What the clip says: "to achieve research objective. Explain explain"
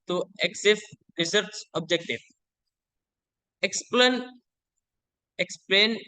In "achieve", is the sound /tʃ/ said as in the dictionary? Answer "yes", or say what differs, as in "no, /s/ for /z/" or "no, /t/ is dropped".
no, /s/ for /tʃ/